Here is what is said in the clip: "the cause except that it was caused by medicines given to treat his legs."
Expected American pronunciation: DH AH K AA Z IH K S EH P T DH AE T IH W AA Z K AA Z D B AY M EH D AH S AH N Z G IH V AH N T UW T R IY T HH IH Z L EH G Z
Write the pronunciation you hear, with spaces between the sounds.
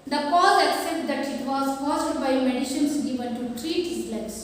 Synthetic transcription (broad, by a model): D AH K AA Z IH K S EH P T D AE T IH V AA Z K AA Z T B AY M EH D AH SH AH N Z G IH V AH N T UW T R IY T HH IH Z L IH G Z